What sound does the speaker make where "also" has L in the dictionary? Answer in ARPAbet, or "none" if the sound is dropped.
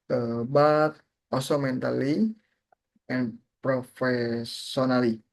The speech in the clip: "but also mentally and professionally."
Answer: none